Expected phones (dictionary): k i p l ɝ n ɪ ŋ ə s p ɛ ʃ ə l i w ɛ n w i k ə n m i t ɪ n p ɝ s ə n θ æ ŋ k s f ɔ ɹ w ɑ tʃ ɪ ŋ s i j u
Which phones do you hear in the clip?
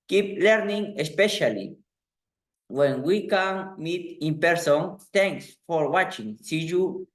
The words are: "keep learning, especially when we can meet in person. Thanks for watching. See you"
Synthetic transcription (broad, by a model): k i p l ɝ n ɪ ŋ ə s p ɛ ʃ ə l i w ɛ n w i k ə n m i t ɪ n p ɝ s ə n t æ ŋ k s f ɔ ɹ w ɑ tʃ ɪ ŋ s i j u